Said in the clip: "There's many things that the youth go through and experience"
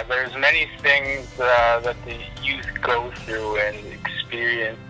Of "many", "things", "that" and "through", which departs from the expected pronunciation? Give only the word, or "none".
none